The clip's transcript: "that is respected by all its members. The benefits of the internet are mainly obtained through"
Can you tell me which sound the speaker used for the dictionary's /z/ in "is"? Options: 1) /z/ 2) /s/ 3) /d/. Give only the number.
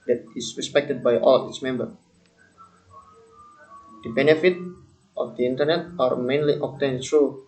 2